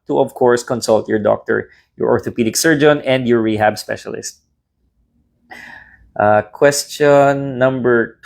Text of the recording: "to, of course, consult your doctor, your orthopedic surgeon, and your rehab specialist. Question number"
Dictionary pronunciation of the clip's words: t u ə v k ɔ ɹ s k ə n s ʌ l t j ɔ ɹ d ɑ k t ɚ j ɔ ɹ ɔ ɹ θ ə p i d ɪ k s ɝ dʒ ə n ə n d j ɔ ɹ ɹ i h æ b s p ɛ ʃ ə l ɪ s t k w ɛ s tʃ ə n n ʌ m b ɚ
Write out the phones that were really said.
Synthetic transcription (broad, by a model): t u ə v k ɔ ɹ s k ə n s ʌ l t j ɔ ɹ d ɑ k t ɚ j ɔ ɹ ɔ ɹ t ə p i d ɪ k s ɝ dʒ ə n ə n d j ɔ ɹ ɹ i h æ b s p ɛ ʃ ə l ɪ s t k w ɛ s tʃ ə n n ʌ m b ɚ